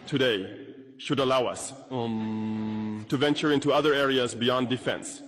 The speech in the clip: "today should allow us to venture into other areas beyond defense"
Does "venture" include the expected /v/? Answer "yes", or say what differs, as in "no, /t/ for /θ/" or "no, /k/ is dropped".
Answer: yes